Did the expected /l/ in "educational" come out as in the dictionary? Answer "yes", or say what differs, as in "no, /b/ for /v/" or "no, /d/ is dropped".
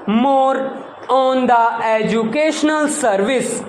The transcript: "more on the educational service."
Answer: yes